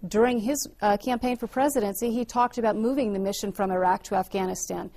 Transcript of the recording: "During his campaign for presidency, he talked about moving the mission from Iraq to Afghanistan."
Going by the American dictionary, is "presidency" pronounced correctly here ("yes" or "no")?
yes